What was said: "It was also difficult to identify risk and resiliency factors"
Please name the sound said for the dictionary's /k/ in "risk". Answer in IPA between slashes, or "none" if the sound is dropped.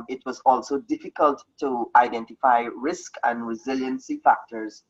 /k/